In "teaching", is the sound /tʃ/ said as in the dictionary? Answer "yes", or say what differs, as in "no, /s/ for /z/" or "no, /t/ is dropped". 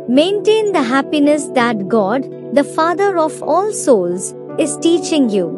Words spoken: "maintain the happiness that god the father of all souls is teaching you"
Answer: yes